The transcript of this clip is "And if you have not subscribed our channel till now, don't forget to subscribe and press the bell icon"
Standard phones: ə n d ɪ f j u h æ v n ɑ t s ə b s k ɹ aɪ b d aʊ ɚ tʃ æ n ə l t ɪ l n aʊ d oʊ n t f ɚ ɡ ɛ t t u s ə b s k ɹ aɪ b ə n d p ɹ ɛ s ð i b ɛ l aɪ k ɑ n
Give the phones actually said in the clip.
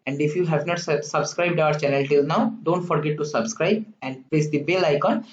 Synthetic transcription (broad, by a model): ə n d ɪ f j u h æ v n ɑ t s ə b s k ɹ aɪ b d aʊ ɚ tʃ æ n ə l t ɪ l n aʊ d oʊ n t f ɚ ɡ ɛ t t u s ə b s k ɹ aɪ b ə n d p l ɛ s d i b ɛ l aɪ k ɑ n